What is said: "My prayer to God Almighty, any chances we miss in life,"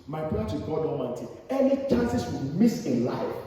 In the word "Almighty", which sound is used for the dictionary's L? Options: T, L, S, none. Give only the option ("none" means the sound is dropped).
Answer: none